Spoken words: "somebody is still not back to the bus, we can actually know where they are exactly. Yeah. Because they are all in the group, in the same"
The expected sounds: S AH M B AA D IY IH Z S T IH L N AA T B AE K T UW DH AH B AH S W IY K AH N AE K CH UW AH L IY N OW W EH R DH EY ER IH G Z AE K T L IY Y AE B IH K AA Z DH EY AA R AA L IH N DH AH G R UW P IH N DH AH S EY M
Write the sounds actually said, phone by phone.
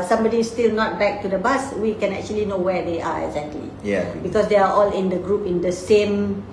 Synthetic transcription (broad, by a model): S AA M B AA D IY S T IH L N AA T B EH K T UW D AH B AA S W IY K AH N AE K CH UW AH L IY N OW W EH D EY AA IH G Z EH K T L IY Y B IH K AA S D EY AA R AA L IH N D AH G R UW P IH N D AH S EY M